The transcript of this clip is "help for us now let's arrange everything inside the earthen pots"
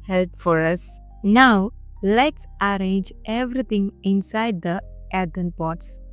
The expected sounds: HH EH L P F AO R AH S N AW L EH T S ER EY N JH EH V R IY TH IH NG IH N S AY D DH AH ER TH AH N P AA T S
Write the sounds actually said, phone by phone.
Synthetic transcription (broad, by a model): HH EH L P F AO R AH S N AW L EH T S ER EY N JH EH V R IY T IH NG IH N S AY D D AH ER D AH N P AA T S